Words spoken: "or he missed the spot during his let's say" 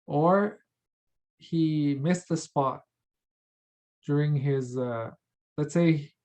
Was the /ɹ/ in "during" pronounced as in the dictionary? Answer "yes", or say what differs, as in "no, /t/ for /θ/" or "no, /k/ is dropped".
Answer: yes